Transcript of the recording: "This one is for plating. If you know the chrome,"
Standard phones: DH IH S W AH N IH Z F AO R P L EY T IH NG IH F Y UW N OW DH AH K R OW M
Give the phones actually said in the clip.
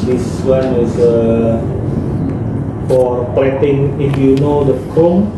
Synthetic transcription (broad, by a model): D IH S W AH N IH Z F AO R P EY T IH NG IH F Y UW N OW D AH K R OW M